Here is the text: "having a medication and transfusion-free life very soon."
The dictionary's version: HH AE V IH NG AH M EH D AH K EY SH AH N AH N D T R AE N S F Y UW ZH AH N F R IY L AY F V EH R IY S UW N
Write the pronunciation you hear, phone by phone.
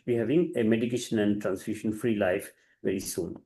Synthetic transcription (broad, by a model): HH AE V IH NG AH M EH D AH K EY SH AH N AH N D T R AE N S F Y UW SH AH N F R IY L AY F V EH R IY S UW N